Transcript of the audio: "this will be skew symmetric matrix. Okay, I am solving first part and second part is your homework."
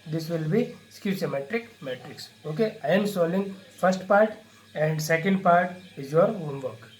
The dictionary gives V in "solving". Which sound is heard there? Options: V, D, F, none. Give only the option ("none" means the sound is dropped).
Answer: none